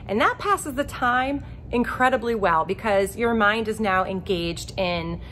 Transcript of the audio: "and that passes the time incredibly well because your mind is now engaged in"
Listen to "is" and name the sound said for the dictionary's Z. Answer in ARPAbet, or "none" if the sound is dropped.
Z